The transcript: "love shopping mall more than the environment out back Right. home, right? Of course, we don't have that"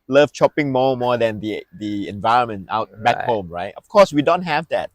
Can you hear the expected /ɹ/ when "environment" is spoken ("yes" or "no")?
yes